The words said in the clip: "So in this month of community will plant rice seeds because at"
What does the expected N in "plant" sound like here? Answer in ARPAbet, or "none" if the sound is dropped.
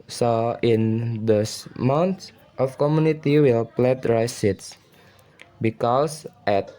none